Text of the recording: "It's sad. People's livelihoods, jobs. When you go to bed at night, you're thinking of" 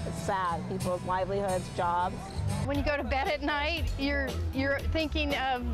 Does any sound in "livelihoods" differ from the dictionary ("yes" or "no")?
no